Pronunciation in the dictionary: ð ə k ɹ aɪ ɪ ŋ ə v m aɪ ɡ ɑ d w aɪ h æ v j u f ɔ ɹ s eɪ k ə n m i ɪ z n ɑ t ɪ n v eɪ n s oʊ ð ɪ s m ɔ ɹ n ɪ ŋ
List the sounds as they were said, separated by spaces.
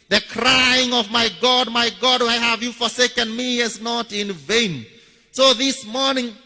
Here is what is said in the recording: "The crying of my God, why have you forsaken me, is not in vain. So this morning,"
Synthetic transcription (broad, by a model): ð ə k ɹ aɪ ɪ ŋ ə v m aɪ ɡ ɑ d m aɪ h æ v j u f ɔ ɹ s eɪ k ə n m i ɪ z n ɑ t ɪ n v eɪ n s oʊ ð ɪ s m ɔ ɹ n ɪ ŋ